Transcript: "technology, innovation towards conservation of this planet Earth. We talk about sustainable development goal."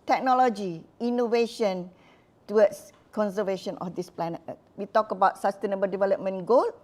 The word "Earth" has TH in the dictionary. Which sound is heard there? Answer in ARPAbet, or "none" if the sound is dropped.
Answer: T